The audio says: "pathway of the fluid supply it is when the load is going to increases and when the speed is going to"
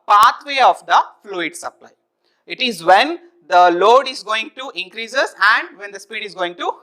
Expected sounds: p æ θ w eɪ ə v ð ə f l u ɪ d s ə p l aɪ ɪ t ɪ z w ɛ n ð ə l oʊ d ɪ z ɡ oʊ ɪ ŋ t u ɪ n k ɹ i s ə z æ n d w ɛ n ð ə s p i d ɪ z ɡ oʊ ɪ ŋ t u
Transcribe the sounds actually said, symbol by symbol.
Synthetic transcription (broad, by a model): p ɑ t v eɪ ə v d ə f l u ɪ d s ə p l aɪ ɪ t ɪ z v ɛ n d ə l oʊ d ɪ z ɡ oʊ ɪ ŋ t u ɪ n k ɹ i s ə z æ n d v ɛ n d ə s p i d ɪ z ɡ oʊ ɪ ŋ t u